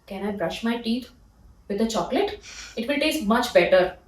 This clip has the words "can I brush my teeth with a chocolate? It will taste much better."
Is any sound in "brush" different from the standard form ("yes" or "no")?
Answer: no